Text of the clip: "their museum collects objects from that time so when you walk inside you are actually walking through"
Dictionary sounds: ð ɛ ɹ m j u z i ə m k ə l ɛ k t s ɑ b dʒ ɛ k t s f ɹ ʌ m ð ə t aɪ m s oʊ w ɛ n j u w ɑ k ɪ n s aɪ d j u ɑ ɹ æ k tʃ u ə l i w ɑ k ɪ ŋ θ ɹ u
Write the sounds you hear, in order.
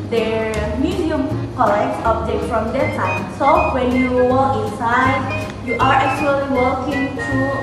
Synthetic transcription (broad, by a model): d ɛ m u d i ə m k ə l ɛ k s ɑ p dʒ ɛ t f ɹ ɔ m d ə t aɪ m s oʊ w ɛ n j u w ɑ k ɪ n s aɪ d j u ɑ ɹ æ k tʃ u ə l i w ɑ k ɪ ŋ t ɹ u